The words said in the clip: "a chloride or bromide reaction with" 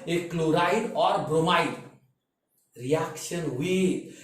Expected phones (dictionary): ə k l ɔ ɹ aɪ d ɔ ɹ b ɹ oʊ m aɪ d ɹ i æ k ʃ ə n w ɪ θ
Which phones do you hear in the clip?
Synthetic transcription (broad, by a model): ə k l ɔ ɹ aɪ d ɔ ɹ b ɹ oʊ m aɪ d ɹ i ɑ k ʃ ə n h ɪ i